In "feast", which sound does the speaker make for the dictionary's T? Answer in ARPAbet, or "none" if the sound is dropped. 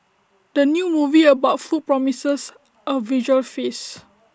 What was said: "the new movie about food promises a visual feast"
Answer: none